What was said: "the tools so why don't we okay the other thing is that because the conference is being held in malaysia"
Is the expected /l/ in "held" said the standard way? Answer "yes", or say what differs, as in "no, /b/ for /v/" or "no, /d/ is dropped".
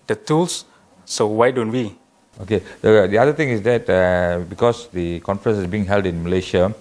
yes